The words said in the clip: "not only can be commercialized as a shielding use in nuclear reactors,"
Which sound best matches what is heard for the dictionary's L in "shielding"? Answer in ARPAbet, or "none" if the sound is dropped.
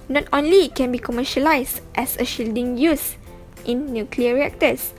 L